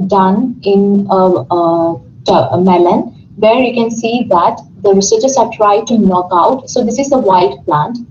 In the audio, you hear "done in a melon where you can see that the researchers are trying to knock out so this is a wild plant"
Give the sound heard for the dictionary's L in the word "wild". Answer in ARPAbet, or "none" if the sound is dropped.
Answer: none